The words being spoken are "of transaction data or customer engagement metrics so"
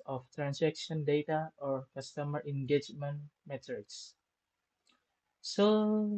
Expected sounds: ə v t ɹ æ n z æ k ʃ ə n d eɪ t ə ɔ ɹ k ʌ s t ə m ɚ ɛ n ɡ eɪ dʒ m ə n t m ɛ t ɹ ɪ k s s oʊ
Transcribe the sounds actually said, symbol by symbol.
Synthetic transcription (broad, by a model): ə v t ɹ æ n s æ k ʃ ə n d eɪ t ə ɔ ɹ k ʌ s t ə m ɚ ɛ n ɡ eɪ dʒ m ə n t m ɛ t ɪ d s s oʊ